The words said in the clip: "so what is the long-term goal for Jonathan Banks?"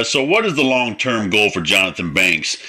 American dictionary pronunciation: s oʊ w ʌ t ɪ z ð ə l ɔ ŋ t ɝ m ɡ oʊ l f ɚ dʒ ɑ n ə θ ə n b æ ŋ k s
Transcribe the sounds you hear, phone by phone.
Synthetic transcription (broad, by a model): s oʊ w ʌ t ɪ z ð ə l ɔ ŋ t ɝ m ɡ oʊ l f ɚ dʒ ɑ n ə θ ə n b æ ŋ k s